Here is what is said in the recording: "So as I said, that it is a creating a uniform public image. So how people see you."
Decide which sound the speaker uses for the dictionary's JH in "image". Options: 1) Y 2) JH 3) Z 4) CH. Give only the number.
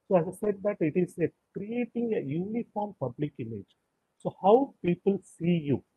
2